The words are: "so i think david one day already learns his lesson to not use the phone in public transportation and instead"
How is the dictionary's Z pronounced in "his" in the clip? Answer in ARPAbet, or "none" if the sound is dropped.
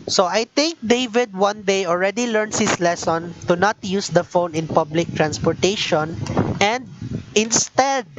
S